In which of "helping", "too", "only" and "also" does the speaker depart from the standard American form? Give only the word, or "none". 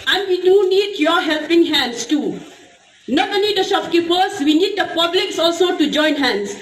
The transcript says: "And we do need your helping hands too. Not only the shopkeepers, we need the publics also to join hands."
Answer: only